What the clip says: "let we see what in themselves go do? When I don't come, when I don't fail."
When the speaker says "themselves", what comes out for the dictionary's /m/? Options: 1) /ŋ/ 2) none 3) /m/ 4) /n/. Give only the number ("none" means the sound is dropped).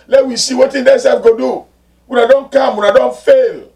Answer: 2